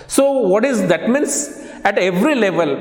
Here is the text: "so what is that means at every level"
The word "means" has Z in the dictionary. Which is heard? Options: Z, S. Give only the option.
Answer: S